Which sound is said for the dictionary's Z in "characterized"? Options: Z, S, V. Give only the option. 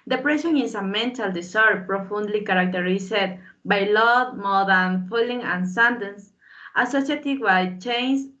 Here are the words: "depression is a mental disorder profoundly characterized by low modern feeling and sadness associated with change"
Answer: S